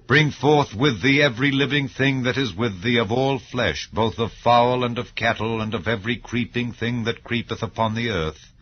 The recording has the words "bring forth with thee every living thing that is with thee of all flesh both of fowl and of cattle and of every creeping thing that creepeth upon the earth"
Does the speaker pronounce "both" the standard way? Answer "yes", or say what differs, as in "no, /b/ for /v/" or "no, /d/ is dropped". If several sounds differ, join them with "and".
yes